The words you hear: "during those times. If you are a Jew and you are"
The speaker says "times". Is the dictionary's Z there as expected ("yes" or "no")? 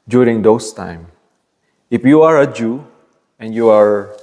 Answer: no